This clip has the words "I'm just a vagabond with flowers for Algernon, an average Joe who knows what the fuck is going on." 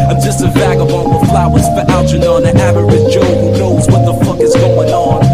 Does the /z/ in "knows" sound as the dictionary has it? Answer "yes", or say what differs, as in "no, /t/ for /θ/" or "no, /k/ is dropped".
yes